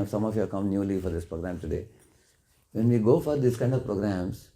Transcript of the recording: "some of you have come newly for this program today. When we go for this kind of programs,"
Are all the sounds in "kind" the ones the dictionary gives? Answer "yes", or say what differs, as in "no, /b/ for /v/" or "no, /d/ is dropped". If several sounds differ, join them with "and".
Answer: yes